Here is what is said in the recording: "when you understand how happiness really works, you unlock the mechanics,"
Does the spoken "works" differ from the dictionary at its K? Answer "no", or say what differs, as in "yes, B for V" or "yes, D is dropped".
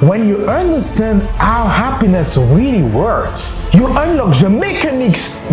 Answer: no